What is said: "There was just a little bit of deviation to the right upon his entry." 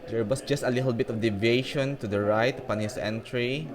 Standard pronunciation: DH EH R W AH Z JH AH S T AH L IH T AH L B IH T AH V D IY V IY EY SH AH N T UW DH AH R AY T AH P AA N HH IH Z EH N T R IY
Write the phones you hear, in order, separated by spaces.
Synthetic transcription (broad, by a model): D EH R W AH S JH AH S T AH L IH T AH L B IH T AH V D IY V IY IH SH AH N T UW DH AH R AY T AH P AA N HH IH S EH N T R IY